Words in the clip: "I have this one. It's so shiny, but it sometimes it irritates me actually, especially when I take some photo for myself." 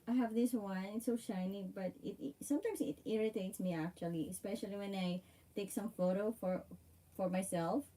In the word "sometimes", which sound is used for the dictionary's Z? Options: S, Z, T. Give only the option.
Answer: S